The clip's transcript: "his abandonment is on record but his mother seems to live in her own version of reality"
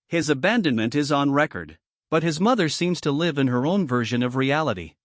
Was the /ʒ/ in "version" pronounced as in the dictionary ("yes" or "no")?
yes